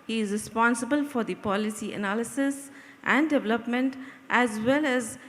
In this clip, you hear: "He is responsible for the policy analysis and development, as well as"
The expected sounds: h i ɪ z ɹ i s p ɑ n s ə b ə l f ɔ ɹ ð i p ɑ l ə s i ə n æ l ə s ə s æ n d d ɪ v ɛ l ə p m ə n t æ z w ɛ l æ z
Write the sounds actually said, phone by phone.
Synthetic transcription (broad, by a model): h i ɪ z ɹ i s p ɑ n s ə b ə l f ɔ ɹ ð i p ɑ l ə s i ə n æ l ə s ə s æ n d d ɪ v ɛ l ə p m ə n t æ z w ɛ l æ z